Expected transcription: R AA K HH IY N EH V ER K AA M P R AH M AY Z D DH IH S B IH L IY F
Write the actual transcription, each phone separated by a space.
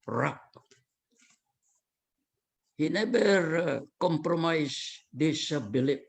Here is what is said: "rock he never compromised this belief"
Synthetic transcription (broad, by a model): R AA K HH IY N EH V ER K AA M P R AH M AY S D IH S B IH L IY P